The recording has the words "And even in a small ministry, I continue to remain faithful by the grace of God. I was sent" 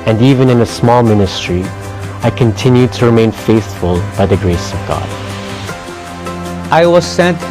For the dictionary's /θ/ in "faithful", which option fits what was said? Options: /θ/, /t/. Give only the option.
/θ/